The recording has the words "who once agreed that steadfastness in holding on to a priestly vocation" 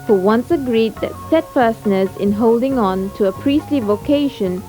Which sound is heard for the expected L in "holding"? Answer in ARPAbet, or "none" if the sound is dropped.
L